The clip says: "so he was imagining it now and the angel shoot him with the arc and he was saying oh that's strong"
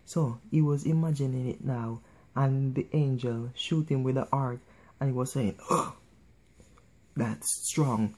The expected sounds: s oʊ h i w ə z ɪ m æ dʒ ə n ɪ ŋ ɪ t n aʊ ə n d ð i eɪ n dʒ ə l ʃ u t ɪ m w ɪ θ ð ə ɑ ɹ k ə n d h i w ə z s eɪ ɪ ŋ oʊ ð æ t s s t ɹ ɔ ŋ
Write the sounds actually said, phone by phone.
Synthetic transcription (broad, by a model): s oʊ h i w ə z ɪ m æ dʒ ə n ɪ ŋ ɪ t n aʊ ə n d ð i eɪ n dʒ ə l ʃ u t ɪ m w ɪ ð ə ɑ ɹ k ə n h i w ə z s eɪ ɪ ŋ oʊ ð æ t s s t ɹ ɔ ŋ